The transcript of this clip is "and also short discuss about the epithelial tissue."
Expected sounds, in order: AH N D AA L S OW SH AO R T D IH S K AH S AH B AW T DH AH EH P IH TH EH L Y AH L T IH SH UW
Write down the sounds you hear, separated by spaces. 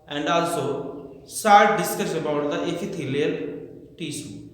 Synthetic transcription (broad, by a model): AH N D AA L S OW S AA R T D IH S K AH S AH B AW T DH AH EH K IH T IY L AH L T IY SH